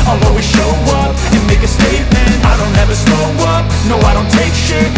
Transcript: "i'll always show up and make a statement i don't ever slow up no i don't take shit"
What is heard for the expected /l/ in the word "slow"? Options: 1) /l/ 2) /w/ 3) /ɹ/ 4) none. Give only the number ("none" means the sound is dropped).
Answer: 4